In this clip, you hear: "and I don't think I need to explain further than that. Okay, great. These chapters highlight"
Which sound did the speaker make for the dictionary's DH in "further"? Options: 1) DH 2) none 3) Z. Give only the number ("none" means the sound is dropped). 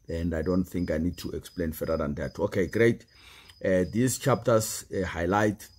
2